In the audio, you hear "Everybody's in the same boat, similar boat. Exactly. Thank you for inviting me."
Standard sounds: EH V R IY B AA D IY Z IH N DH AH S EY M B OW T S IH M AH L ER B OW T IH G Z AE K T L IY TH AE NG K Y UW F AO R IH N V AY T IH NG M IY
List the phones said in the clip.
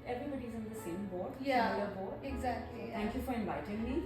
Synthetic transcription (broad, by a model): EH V R IY B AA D IY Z IH N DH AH S EY M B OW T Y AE AH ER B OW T IH G Z AE K T L IY T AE NG K Y UW F AO R IH N V AY T IH NG M IY